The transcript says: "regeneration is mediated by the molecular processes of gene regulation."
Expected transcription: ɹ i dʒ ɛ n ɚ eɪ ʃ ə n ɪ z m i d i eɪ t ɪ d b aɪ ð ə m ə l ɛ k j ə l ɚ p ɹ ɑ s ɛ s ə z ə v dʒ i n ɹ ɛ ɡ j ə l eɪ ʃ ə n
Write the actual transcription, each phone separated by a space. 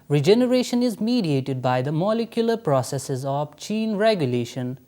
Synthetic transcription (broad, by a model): ɹ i dʒ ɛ n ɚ eɪ ʃ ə n ɪ z m i d i eɪ t ɪ d b aɪ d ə m ə l ɛ k j ə l ɚ p ɹ ɑ s ɛ s ə z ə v tʃ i n ɹ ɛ ɡ j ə l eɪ ʃ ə n